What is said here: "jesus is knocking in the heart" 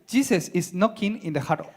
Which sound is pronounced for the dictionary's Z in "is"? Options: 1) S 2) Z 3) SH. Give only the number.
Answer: 1